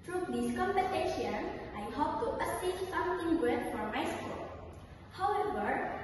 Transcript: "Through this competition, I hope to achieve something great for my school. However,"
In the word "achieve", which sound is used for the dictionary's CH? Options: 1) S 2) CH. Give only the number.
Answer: 1